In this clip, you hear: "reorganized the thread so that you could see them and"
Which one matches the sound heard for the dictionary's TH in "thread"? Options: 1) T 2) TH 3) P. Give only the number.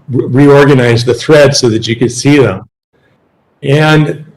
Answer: 2